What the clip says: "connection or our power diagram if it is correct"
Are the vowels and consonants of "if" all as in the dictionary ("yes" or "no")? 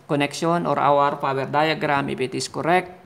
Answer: no